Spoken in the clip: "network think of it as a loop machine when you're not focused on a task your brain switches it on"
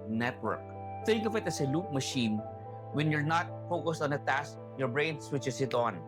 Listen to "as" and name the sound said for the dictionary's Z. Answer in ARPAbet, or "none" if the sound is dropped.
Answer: S